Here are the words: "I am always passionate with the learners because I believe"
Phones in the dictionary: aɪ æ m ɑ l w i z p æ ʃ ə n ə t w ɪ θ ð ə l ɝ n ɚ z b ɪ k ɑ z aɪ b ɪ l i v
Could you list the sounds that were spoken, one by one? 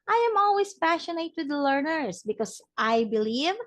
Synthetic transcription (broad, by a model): aɪ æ m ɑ l w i s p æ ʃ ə n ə t w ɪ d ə l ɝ n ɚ s b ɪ k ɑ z aɪ b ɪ l i v